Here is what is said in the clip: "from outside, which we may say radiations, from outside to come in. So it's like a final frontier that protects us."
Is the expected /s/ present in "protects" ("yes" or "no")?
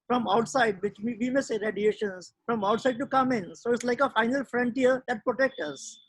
no